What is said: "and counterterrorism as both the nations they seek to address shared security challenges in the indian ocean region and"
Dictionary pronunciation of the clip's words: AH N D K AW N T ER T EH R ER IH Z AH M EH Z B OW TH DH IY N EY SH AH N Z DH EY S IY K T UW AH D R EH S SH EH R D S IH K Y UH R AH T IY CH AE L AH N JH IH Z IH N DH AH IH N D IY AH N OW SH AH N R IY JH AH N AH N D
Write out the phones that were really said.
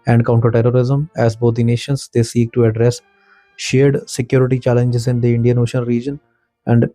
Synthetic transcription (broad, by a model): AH N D K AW N T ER T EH R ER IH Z AH M EH Z B OW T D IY N EY SH AH N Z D EY S IY K T UW AH D R EH S SH EH R D S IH K Y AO R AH T IY CH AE L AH N JH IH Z IH N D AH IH N D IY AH N OW SH AH N R IY JH AH N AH N D